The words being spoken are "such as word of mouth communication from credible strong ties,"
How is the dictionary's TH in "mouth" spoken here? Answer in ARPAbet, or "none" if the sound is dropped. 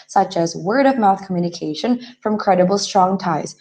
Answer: TH